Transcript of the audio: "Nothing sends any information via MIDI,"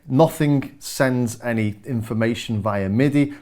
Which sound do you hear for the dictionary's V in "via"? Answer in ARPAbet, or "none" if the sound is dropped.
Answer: V